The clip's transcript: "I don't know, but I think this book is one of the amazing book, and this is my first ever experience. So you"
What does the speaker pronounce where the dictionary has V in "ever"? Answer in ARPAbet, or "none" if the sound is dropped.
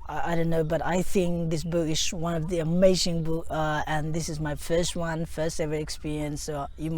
F